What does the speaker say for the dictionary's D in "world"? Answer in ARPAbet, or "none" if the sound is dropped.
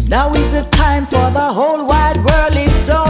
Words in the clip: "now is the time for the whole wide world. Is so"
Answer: none